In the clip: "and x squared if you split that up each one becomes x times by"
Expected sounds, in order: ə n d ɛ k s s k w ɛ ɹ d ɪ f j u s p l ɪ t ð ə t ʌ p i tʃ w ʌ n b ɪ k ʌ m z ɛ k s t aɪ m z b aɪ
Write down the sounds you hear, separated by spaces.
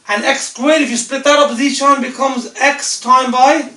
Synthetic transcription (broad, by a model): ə n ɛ k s s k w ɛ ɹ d ɪ f j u s p l ɪ t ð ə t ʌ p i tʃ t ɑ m b ɪ k ʌ m z ɛ k s t aɪ m b aɪ